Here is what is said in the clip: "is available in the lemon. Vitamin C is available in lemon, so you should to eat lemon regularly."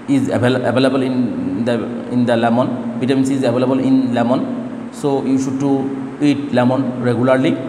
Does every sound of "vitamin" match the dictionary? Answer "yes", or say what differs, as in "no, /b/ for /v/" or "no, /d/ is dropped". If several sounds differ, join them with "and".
no, /b/ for /v/